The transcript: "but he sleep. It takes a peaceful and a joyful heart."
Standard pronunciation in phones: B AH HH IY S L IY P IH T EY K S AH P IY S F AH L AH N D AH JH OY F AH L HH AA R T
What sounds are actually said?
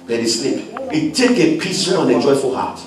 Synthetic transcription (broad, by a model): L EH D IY S L IY P IH T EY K AH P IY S AH N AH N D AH JH OY F AH L HH AA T